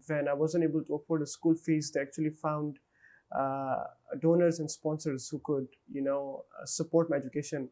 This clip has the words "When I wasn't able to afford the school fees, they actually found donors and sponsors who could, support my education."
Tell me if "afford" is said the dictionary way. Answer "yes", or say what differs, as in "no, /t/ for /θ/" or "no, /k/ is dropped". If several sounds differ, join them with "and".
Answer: no, /p/ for /f/